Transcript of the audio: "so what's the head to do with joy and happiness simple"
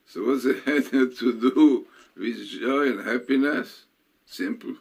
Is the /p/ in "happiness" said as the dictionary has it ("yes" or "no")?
yes